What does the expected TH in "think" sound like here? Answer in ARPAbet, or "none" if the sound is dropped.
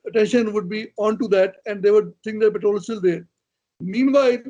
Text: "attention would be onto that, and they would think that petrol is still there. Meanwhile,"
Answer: S